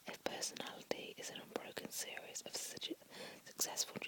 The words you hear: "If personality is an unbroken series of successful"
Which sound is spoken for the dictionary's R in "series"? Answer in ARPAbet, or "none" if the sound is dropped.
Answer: R